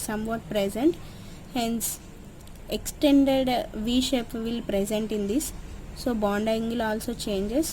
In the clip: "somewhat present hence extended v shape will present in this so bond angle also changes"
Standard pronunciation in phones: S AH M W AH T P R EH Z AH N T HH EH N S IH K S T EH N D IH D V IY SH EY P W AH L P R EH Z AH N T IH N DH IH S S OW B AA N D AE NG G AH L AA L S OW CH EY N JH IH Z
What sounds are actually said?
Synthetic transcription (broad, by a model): S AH M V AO T P R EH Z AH N T HH EH N S IH K S T EH N D IH D V IY SH EY P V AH L P R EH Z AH N T IH N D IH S S OW B AA N D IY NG G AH L AA L S OW CH EY N JH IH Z